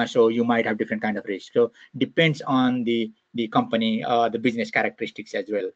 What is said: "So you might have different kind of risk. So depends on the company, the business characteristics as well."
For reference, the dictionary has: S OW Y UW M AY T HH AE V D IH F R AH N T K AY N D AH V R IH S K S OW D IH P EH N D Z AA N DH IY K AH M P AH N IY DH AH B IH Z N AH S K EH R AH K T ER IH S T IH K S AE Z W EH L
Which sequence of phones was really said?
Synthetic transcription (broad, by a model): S OW Y UW M AY T HH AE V D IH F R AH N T K AY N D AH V R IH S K S OW D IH P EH N D S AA N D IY K AH M P AH N IY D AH B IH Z N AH S K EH R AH K T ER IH S T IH K S AE Z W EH L